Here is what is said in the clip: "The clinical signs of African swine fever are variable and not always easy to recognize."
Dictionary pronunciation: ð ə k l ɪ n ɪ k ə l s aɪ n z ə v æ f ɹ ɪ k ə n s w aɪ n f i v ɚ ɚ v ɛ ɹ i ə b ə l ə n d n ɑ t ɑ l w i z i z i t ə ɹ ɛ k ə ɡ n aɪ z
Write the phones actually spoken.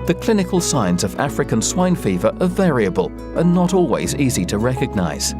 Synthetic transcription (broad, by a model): ð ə k l ɪ n ɪ k ə l s aɪ n z ə v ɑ f ɹ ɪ k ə n s w aɪ n f i v ɚ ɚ v ɛ ɹ i ə b ə l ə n n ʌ t ɑ l w i z i z i t ə ɹ ɛ k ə ɡ n aɪ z